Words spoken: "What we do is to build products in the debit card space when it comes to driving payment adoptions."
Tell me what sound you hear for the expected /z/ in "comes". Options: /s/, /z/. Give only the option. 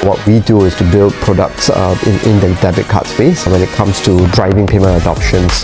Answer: /s/